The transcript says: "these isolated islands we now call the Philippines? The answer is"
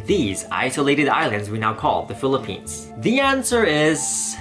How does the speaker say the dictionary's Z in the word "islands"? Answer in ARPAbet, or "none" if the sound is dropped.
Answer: Z